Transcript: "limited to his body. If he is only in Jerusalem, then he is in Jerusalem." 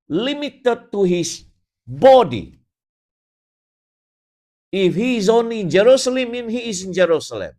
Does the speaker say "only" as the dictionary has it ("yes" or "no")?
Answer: no